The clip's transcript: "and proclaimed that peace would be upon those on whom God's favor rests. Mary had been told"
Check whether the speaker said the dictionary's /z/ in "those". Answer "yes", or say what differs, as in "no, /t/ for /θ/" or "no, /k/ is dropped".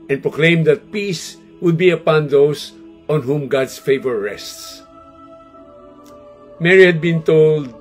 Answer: no, /s/ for /z/